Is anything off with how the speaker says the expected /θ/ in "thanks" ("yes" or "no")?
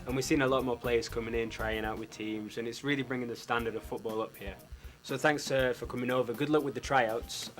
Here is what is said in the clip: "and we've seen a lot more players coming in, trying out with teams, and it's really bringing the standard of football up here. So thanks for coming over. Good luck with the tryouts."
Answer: no